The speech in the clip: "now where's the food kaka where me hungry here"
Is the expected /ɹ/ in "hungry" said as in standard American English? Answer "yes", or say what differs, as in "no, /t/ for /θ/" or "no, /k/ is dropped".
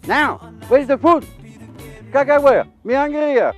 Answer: no, /ɹ/ is dropped